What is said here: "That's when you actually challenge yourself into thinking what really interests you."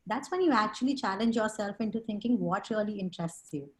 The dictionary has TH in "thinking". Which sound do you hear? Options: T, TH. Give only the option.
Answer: T